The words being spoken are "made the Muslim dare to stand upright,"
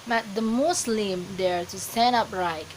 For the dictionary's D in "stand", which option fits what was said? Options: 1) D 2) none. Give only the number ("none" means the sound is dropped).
2